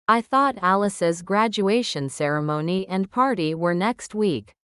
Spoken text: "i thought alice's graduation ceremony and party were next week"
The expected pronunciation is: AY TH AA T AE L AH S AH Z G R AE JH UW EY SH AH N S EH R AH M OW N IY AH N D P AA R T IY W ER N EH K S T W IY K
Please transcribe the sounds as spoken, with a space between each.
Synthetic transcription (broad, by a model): AY TH AA T AE L AH S AH Z G R AE JH UW EY SH AH N S EH R AH M OW N IY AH N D P AA R T IY W ER N EH K S T W IY K